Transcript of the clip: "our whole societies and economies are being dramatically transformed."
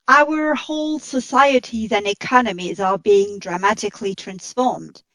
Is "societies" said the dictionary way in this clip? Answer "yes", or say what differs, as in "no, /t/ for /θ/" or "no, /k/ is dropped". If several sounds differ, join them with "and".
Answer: yes